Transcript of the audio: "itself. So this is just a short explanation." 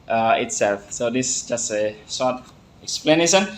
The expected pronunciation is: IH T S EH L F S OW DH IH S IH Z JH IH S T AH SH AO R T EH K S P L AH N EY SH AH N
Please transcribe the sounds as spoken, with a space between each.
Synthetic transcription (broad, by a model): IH T S EH L F S OW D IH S JH IH S T AH S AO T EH K S P L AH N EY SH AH N